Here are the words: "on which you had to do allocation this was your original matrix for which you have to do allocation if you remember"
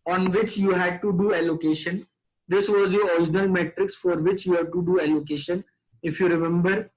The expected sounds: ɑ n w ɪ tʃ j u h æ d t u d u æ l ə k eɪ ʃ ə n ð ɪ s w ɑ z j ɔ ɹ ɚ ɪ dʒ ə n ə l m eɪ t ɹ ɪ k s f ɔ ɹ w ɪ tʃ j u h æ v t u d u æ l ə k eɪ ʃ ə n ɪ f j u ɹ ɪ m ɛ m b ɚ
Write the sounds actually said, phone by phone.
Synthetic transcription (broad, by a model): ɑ n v ɪ tʃ j u h æ d t u d u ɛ l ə k eɪ ʃ ə n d ɪ s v ɑ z j ɔ ɹ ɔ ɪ dʒ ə n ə l m eɪ t ɹ ɪ k s f ɔ ɹ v ɪ tʃ j u h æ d t u d u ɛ l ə k eɪ ʃ ə n ɪ f j u ɹ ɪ m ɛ m b ɚ